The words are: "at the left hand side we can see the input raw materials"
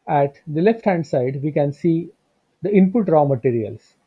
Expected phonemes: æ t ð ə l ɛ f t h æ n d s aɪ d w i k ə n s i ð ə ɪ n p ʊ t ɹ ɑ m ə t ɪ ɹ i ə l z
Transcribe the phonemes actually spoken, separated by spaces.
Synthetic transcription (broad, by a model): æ t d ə l ɛ f t h æ n d s aɪ d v i k ə n s i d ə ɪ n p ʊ t ɹ ɑ m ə t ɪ ɹ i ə l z